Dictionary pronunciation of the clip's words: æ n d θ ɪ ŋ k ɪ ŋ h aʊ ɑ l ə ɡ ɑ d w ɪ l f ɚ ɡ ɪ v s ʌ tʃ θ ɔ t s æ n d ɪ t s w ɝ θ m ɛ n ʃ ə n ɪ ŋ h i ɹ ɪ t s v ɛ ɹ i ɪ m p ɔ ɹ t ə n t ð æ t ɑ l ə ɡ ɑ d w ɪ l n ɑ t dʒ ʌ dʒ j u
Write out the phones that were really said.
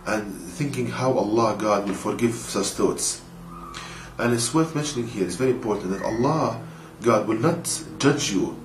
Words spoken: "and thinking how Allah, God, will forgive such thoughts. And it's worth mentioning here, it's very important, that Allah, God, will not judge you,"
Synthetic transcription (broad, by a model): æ n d θ ɪ ŋ k ɪ ŋ h aʊ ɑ l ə ɡ ɑ d w ɪ l f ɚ ɡ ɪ v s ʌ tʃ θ ɔ t s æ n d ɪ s w ɝ θ m ɛ n ʃ ə n ɪ ŋ h i ɹ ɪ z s v ɛ ɹ i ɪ m p ɔ ɹ t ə n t ð æ t ɑ l ə ɡ ɑ d w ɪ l n ɑ t dʒ ʌ dʒ j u